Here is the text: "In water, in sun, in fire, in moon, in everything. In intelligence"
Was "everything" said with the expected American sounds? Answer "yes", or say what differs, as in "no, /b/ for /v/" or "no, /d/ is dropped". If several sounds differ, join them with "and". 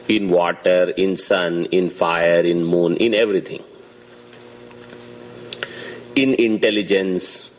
no, /t/ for /θ/